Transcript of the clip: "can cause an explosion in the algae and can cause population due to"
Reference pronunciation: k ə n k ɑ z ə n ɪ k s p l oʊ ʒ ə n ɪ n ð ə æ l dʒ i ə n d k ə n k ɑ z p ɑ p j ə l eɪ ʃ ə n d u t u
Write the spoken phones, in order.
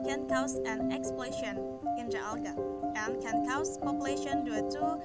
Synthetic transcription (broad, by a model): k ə n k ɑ s ə n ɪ k s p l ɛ ʃ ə n ɪ n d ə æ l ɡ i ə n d k ə n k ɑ s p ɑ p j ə l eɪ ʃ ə n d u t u